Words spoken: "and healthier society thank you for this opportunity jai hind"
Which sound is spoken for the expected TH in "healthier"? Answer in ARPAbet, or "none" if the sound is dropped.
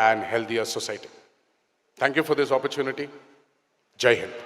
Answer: T